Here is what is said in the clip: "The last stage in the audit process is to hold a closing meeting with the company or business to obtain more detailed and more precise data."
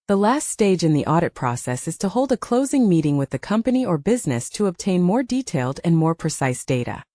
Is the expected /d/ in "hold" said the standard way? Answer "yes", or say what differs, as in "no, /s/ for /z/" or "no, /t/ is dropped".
yes